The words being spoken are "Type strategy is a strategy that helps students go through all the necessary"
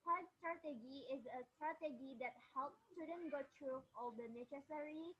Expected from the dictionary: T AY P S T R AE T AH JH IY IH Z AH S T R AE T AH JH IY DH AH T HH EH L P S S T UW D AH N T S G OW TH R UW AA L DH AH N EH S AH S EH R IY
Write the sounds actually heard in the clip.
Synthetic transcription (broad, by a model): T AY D S T R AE T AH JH IY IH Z AH S T R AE T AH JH IY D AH T HH EH L P S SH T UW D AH N G OW T R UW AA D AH N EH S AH S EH R IY